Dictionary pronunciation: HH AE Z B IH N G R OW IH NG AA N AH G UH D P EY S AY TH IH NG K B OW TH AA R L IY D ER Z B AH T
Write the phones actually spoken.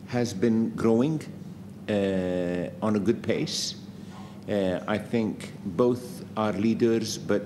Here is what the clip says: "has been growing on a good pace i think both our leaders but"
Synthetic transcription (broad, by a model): HH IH Z B IH N G R OW IH NG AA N AH G UH D P EY S AY TH IH NG K B OW TH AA R L IY D ER Z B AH T